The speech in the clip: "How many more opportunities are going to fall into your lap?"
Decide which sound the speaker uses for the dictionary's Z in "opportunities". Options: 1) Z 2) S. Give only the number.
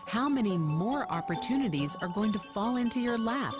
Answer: 1